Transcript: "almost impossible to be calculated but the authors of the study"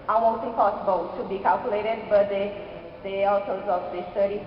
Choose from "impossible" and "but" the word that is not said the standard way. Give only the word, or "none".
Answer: impossible